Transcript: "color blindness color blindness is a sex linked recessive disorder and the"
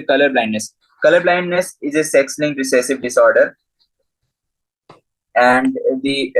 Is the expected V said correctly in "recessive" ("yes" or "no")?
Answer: yes